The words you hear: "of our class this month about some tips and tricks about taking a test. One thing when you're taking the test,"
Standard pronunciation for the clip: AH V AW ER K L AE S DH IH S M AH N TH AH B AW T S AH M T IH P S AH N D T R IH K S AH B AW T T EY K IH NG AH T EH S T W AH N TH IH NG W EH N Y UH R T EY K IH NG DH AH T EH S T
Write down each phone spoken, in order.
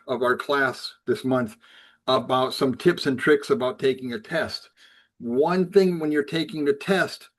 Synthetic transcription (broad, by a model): AH V AW ER K L AE S DH IH S M AH N TH AH B AW T S AH M T IH P S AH N T R IH K S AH B AW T T EY K IH NG AH T EH S T W AH N TH IH NG W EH N Y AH R T EY K IH NG DH AH T EH S T